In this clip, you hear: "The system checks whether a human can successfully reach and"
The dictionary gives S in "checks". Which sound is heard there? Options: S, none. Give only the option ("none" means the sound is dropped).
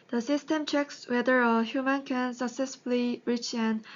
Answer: S